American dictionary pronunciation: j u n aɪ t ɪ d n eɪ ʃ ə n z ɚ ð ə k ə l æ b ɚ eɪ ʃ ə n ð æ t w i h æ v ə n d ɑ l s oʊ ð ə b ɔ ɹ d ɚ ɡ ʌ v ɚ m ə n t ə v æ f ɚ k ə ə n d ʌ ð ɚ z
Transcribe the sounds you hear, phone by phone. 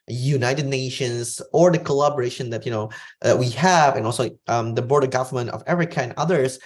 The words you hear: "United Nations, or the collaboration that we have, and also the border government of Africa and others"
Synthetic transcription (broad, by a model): j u n aɪ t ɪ d n eɪ ʃ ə n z ɚ ð ə k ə l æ b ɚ eɪ ʃ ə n ð æ t w i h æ v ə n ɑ l s oʊ ð ə b ɔ ɹ d ɚ ɡ ʌ v ɚ m ə n t ə v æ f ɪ k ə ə n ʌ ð ɚ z